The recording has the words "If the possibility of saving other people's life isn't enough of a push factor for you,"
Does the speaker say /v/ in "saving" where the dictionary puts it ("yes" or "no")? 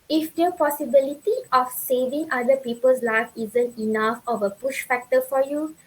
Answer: yes